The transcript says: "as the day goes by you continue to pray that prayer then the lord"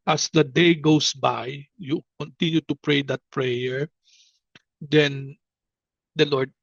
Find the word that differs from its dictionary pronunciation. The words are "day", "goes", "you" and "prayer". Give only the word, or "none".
goes